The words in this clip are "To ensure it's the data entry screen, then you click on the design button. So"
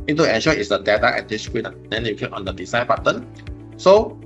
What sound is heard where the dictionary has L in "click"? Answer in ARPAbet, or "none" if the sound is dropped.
none